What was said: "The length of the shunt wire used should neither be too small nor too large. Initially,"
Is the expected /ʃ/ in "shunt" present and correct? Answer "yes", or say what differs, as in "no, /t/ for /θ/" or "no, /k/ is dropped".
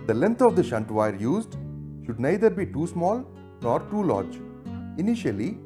yes